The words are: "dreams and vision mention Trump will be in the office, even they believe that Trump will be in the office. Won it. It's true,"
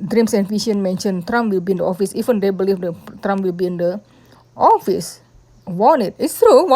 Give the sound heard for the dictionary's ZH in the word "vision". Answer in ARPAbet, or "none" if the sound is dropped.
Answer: SH